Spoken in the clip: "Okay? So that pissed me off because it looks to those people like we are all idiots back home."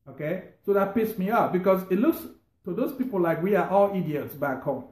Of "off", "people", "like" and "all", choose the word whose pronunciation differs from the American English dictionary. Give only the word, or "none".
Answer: off